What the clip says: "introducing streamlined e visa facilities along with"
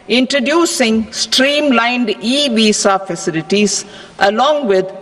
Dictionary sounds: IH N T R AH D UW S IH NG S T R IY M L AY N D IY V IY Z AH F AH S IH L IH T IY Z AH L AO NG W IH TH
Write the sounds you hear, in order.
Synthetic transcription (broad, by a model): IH N T R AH D UW S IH NG S T R IY M L AY N D IY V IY S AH F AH S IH L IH T IY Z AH L AO NG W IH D